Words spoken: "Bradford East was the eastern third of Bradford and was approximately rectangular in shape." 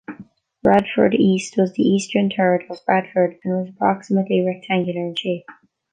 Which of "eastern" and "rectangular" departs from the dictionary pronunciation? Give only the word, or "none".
none